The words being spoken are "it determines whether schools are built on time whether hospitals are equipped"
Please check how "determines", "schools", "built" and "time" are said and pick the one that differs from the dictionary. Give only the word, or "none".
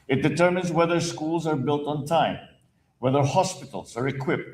none